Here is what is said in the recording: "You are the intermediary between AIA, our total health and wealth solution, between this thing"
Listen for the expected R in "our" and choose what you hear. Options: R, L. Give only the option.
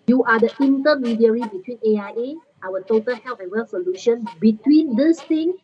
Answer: L